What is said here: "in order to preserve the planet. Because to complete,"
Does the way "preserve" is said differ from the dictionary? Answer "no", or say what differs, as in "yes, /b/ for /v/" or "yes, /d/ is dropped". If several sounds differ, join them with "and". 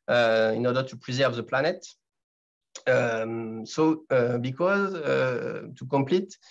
no